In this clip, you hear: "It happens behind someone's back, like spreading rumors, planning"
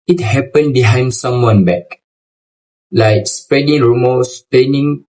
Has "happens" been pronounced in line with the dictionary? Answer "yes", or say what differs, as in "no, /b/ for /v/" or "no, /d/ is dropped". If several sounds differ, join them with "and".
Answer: no, /z/ is dropped